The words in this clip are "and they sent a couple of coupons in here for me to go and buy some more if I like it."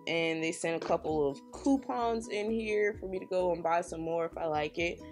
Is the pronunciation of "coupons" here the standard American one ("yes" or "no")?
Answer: yes